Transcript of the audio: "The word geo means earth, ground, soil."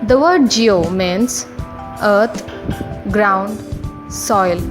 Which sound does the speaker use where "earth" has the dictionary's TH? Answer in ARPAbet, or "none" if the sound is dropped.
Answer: T